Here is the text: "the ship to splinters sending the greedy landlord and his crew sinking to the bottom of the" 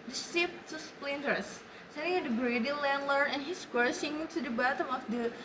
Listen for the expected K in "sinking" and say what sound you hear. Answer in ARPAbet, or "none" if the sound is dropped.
none